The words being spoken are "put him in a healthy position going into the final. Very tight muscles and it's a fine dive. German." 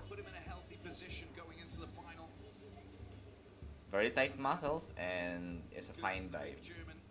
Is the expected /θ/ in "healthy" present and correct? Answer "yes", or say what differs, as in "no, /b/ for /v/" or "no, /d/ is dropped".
yes